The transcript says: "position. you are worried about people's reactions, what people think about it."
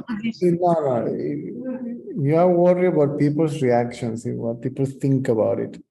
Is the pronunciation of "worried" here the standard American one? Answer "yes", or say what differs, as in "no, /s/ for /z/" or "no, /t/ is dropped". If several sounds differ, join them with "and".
no, /d/ is dropped